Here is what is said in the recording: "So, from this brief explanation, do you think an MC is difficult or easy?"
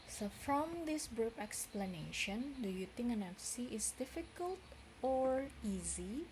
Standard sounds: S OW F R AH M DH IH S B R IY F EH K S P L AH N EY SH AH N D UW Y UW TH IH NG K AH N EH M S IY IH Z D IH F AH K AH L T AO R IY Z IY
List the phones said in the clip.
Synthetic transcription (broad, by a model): S OW F R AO M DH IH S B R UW P EH K S P L AH N EY SH AH N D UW Y UW T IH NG AH N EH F S IY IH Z D IH F AH K AH L T AO R IY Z IY